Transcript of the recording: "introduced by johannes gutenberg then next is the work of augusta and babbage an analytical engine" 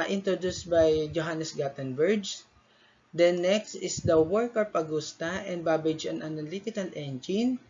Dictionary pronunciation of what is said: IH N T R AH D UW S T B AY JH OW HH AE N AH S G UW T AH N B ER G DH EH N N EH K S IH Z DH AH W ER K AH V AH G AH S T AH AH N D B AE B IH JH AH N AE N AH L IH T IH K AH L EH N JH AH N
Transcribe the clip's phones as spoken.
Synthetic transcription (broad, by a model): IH N T R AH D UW S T B AY JH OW HH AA N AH S G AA T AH N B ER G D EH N N EH K S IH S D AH W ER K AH P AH G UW S T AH AH N D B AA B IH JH AH N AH N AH L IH T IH K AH L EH N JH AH N